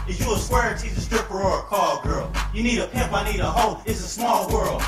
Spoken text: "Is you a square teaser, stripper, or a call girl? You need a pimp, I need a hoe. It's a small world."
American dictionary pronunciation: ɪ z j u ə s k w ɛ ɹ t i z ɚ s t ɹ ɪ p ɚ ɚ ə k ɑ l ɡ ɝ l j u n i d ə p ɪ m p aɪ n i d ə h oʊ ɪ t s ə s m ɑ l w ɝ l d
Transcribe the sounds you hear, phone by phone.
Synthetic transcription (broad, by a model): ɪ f j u ə s w ɛ ɹ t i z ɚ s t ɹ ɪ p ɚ ɚ ə k ɑ l ɡ ɝ l j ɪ n i d ə p ɪ m p aɪ n i d ə h oʊ ɪ t s ə s m ɑ l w ɝ l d